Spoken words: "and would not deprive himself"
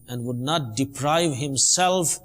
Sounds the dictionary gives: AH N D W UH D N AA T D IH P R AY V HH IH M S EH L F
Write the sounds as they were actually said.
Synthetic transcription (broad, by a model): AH N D W UH D N AA T D IH P R AY V HH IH M S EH L F